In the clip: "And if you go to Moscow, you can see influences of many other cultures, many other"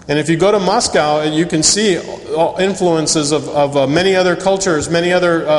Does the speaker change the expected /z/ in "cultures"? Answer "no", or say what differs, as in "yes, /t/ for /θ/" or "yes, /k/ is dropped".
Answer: no